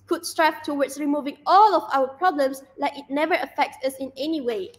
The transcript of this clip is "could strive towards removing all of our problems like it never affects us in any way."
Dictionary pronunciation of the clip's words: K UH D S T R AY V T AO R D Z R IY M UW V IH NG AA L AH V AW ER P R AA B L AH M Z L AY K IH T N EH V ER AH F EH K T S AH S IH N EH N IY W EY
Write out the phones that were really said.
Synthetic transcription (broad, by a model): K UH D S T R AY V T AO W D S R IY M UW V IH NG AA L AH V AW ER P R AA B L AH M S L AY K IH T N EH V ER AH F EH K T S AH S IH N EH N IY W EY